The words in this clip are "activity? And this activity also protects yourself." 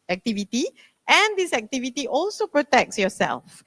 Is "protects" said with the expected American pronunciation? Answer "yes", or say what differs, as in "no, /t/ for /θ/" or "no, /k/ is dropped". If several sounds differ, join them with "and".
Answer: yes